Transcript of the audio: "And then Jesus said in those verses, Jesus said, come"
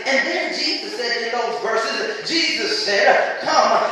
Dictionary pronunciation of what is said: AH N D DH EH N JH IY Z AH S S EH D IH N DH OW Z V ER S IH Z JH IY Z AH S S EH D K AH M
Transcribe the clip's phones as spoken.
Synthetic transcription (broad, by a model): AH N DH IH N JH IY Z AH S S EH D IH N DH OW Z V ER S IH Z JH IY Z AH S S EH D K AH M